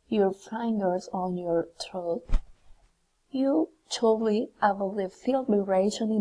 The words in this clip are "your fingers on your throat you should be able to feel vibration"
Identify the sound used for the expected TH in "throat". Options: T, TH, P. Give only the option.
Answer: T